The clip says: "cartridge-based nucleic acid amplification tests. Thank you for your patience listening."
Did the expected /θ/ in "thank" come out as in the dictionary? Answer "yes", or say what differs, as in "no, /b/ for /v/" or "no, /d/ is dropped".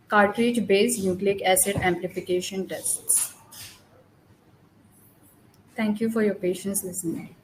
no, /t/ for /θ/